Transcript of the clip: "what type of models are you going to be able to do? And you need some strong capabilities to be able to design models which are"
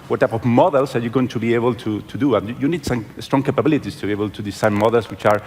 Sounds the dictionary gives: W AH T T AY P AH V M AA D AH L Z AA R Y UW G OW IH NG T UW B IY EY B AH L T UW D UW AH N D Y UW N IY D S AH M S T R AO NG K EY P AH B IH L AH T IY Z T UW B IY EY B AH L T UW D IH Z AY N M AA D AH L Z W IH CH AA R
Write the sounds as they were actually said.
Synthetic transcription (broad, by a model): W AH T T AY P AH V M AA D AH L S AA R Y UW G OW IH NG T UW B IY EY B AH L T UW D UW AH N Y UW N IY D S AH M S T R AO NG K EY P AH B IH L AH T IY S T UW B IY EY B AH L T UW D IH S AY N M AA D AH L S W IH CH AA R